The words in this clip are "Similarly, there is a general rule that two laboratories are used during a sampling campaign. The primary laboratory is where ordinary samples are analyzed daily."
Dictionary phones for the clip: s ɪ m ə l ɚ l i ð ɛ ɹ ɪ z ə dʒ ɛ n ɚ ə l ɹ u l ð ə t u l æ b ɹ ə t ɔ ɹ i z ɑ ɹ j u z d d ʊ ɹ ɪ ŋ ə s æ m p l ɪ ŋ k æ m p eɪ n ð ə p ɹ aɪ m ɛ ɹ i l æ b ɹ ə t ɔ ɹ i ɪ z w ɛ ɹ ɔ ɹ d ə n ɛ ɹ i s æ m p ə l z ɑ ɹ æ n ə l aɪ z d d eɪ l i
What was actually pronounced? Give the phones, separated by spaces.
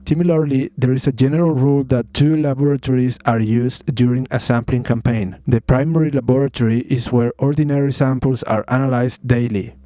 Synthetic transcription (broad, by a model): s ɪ m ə l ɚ l i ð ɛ ɹ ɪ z ə dʒ ɛ n ɚ ə l ɹ u l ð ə t u l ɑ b ɹ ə t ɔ ɹ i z ɑ ɹ j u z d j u ɹ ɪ ŋ ə s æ m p l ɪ ŋ k æ m p eɪ n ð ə p ɹ aɪ m ɛ ɹ i l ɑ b ɹ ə t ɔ ɹ i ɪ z w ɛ ɹ ɔ ɹ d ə n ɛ ɹ i s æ m p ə l s ɑ ɹ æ n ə l aɪ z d d eɪ l i